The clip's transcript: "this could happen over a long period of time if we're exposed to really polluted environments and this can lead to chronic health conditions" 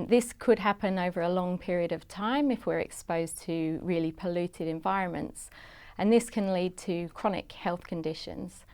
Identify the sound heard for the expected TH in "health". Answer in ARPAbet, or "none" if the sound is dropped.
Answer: TH